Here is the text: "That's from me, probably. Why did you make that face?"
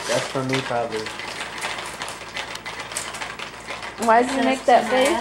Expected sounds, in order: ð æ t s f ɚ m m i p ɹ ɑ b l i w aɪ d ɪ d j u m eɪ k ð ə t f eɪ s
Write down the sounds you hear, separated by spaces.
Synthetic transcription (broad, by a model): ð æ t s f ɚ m m i p ɹ ɑ b l i w aɪ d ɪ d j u m eɪ k ð ə t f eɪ